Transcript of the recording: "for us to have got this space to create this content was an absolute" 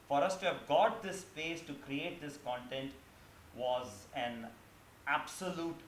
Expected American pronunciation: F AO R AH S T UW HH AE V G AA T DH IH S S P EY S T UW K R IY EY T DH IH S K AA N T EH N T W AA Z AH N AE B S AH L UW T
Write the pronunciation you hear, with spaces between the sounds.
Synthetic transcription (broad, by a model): F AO R AH S T UW HH AE V G AA T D IH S S P EY S T UW K R IY EY T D IH S K AA N T EH N T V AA Z AH N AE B S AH L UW T